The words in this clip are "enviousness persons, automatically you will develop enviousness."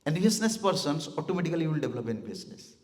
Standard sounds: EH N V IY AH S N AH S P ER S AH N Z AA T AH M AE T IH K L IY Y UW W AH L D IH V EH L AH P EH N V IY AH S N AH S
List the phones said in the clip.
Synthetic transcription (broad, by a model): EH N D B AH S N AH S P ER S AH N S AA T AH M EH T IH K IY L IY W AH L D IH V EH L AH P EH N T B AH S N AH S